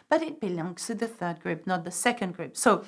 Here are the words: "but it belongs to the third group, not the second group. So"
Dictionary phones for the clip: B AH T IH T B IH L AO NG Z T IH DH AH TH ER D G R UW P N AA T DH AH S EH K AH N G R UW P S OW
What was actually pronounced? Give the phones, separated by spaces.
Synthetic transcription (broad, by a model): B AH T IH T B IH L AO NG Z T IH DH AH TH ER D G R UW P N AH T DH AH S EH K AH N G R UW P S OW